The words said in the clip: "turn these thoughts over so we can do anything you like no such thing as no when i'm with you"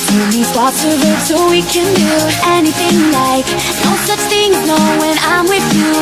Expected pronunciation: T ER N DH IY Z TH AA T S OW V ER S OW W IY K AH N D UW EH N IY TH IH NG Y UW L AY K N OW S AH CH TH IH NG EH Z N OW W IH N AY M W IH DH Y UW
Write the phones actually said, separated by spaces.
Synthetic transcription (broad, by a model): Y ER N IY TH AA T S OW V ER S OW W IY K AH N D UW EH N IY TH IH NG L AY K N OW S AH CH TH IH NG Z N OW W IH N AY M W IH DH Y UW